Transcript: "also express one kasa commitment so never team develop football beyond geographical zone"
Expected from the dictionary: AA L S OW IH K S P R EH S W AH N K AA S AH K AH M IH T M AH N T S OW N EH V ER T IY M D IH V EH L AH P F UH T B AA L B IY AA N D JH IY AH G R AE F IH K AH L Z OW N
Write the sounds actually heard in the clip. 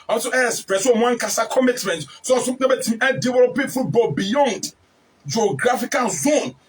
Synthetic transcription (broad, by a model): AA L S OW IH S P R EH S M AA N K AA S AH K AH M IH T M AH N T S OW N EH B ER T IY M D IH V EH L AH P F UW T B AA B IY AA N D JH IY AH G R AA F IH K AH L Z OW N